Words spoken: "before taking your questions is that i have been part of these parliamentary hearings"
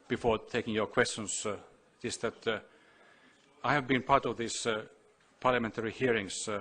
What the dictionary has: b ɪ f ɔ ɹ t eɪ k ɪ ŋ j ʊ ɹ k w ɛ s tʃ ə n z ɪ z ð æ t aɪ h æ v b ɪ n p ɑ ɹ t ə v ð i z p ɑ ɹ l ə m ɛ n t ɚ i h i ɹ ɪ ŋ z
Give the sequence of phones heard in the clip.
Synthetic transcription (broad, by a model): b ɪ f ɔ ɹ t eɪ k ɪ ŋ j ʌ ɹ k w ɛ s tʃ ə n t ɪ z ð æ t aɪ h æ v b ɪ n p ɑ ɹ t ə v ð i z p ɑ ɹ l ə m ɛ n t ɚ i h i ɹ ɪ ŋ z